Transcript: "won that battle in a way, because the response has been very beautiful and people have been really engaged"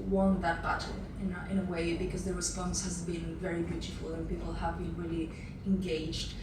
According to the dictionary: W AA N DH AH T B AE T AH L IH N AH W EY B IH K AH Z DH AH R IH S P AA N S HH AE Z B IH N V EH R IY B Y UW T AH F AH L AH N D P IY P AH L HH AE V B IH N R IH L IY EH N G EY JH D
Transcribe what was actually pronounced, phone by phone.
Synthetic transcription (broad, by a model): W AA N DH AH T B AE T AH N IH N AH W EY B IH K AH Z DH AH R IH S P AA N S HH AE Z B IH N V EH R IY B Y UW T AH F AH L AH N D P IY P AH L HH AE V B IH N R IH L IY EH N G EY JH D